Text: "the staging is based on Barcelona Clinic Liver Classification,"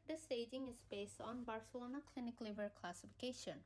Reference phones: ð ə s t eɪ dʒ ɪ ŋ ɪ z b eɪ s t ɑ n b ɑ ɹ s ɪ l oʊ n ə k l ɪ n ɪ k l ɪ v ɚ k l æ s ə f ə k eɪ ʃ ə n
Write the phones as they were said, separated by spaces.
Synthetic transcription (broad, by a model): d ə s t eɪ dʒ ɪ ŋ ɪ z b eɪ s t ɑ n b ɑ ɹ s ɪ l oʊ n ə k l ɪ n ɪ k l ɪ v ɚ k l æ s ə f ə k eɪ ʃ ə n